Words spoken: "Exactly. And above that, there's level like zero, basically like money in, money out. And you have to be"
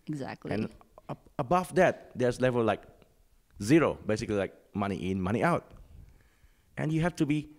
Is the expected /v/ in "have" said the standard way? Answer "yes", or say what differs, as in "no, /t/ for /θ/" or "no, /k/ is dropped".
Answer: no, /f/ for /v/